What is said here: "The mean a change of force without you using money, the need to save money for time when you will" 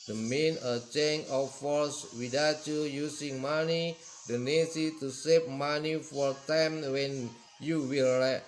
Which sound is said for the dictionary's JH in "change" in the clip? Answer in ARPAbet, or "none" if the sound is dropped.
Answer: none